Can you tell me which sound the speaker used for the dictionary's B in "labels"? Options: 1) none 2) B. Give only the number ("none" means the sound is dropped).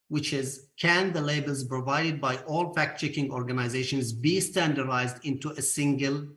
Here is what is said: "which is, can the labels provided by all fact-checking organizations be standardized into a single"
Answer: 2